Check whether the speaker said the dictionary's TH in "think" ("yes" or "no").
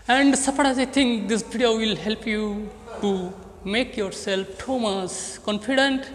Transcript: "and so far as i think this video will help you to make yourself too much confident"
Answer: no